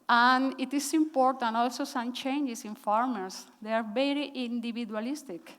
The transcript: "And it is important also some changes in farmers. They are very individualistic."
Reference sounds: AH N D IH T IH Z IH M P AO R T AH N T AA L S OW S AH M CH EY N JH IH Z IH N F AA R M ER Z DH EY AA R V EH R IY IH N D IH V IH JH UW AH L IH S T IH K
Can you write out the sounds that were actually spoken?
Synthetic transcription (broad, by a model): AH N IH T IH S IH M P AO R T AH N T AA L S OW S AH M CH EY N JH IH S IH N F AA R M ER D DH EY AA R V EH R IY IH N D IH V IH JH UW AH L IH S T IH K